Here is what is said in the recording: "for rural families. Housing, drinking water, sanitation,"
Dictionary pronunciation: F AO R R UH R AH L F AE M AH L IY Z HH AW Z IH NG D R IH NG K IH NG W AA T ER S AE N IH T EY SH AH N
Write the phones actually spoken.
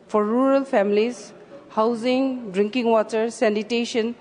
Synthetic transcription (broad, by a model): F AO R R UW R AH L P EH M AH L IY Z HH AW Z IH NG D R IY NG K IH NG W AA T ER S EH N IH T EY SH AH N